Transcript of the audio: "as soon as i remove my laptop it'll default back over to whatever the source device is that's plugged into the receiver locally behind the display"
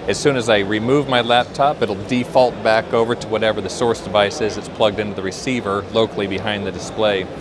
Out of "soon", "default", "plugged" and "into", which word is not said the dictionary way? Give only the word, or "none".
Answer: none